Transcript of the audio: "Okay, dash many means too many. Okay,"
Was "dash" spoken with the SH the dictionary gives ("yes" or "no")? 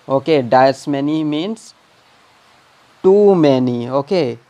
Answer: no